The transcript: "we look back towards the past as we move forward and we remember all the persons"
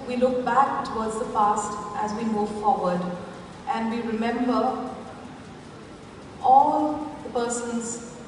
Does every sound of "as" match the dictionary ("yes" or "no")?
yes